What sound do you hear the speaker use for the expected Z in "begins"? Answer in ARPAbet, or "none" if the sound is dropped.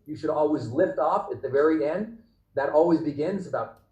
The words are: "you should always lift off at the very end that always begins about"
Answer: Z